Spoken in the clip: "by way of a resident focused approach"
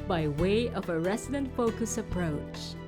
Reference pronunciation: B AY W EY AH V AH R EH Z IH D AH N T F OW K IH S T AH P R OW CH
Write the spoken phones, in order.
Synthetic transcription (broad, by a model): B AY W EY AH V AH R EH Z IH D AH N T F OW K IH S AH P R OW CH